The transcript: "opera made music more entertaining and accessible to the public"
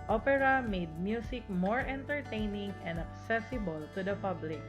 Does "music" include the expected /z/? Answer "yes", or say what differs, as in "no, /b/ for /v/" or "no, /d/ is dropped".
no, /s/ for /z/